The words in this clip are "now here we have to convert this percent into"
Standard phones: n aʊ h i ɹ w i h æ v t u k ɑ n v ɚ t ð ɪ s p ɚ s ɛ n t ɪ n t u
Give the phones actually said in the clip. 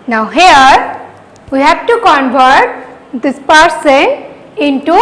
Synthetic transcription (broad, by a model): n aʊ h i ɹ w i h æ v t u k ɑ n v ɚ t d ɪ s p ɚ s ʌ n ɪ n t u